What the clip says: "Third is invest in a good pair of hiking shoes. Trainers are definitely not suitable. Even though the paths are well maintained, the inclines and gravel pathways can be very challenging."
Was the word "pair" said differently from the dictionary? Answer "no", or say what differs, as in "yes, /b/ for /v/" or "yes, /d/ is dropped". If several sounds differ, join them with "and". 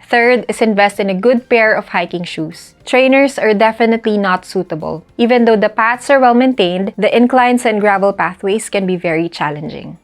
no